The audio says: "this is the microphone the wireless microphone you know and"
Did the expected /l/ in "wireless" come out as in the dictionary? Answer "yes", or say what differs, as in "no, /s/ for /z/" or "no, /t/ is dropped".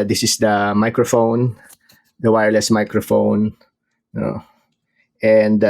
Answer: yes